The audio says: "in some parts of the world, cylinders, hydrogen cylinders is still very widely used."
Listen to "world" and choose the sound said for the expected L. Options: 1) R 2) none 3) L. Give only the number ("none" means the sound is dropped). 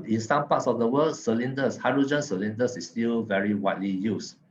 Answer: 2